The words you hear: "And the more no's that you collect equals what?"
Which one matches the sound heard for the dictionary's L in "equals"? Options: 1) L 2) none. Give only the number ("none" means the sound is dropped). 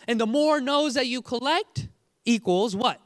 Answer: 1